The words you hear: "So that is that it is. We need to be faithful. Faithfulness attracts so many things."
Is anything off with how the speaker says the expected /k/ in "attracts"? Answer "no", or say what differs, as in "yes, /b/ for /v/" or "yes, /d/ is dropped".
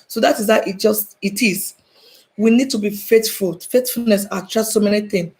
yes, /k/ is dropped